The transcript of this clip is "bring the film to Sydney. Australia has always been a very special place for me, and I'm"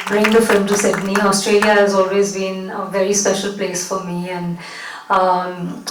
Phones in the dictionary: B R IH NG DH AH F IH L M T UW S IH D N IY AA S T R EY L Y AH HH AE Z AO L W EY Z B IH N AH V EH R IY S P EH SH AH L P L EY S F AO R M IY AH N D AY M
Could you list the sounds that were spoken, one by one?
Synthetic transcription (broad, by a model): B R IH NG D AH F IH L M T UW S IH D N IY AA S T R EY L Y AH HH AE Z AO L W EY Z B IH N AH V EH R IY S P EH SH AH L P L EY S F AO R M IY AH N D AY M